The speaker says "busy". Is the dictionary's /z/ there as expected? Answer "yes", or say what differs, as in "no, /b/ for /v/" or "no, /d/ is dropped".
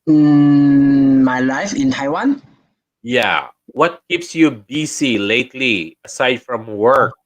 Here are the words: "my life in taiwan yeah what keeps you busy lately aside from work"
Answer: no, /s/ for /z/